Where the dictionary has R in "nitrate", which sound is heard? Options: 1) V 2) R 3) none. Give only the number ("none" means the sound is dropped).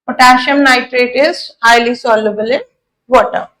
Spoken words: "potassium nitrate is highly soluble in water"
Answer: 2